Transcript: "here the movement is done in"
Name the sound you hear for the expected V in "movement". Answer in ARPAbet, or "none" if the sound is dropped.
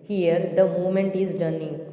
none